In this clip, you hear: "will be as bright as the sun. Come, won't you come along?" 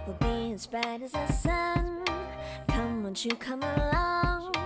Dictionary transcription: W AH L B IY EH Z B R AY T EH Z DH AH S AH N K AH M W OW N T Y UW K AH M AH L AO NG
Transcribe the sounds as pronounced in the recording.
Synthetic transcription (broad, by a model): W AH B IY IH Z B AY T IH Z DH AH S AH N K AH M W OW N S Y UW K AH M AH L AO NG